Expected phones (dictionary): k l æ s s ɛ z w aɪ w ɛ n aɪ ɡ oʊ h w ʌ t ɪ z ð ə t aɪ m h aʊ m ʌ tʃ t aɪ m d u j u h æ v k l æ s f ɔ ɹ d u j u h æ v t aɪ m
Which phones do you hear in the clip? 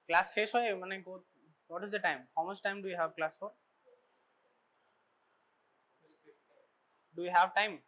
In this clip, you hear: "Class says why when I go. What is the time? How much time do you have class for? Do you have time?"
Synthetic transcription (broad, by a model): k l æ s s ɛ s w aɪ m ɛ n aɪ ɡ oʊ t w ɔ t ɪ z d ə t aɪ m h aʊ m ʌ s t aɪ m d u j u h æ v k l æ s f ɔ ɹ d u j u h æ v t aɪ m